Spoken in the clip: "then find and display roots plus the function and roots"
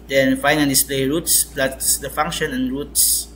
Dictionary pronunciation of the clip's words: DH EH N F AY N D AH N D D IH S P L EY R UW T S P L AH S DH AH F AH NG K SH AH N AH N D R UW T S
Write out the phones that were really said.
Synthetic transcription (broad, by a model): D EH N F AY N AH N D D IH S P L EY R UW T S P L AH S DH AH F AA NG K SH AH N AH N R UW T S